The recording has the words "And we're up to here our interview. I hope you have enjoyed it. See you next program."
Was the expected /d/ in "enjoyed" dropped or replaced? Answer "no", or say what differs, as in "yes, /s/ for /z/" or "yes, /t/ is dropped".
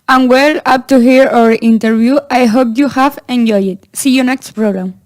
yes, /d/ is dropped